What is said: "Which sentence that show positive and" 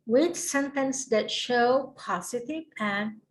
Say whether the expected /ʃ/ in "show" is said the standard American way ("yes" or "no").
yes